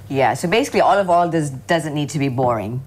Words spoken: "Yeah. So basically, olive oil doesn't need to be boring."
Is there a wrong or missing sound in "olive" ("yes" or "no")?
no